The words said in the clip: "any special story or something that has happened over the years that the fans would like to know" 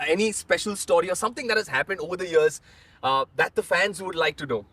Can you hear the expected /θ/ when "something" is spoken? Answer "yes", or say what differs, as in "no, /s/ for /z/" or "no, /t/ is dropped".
no, /t/ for /θ/